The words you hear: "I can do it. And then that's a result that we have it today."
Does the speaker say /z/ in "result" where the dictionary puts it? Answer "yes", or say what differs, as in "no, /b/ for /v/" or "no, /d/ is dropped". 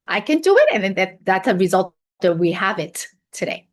yes